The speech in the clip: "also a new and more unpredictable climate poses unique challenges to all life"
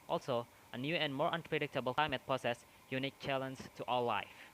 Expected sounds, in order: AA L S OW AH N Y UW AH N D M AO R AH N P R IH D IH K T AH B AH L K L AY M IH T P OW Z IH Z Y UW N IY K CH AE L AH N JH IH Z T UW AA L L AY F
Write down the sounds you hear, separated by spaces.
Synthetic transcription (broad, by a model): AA L S OW AH N Y UW AH N D M AO R AH N P R IH D IH K T AH B AH L K L AY M IH T P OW S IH S Y UW N IY K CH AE L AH N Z T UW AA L L AY F